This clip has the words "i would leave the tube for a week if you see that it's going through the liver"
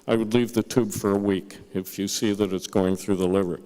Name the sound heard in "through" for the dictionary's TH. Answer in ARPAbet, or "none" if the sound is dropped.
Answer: TH